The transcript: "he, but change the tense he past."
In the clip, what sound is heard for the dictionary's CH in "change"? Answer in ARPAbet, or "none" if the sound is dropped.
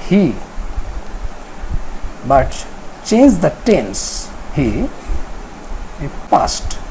CH